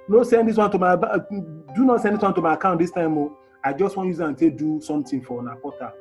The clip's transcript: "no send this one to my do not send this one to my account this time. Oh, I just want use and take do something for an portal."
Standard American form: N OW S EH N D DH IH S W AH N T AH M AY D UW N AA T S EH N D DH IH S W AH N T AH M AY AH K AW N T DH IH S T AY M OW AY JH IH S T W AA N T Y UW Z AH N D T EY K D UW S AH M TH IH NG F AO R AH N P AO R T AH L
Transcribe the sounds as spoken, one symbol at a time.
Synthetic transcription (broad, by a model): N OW S EH N D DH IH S W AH N T AH M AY D UW N AA T S EH N D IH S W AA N T AH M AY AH K AW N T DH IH S T AY M OW AY JH IH S T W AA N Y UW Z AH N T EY D UW S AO M T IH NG F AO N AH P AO T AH